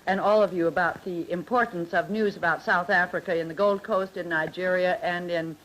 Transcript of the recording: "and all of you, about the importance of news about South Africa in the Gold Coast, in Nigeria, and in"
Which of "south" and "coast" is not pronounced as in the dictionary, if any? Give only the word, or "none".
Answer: none